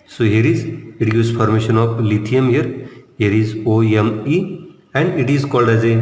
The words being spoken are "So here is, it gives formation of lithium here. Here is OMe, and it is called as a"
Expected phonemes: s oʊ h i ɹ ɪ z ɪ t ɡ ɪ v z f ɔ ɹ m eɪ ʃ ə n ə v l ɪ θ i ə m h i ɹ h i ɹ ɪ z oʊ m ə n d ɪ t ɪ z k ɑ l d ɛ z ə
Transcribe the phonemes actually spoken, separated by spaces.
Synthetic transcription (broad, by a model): s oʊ h i ɹ ɪ z ɪ t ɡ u z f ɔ ɹ m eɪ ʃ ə n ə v l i t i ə m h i ɹ h i ɹ ɪ z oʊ m ə n d ɪ t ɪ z k ɑ l d ɛ z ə